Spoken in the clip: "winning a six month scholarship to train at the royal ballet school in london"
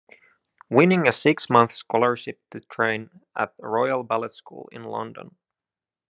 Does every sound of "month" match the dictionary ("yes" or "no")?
yes